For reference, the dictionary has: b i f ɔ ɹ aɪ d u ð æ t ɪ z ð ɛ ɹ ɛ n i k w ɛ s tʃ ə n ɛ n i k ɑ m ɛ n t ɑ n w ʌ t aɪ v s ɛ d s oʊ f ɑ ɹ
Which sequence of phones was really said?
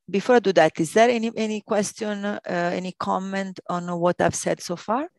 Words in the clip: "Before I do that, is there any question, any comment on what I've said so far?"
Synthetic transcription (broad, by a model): b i f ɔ ɹ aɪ d u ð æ t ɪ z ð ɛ ɹ ɛ n i k w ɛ s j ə n ɛ n i k ɑ m ɛ n t ɑ n w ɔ t aɪ v s ɛ d s oʊ f ɑ ɹ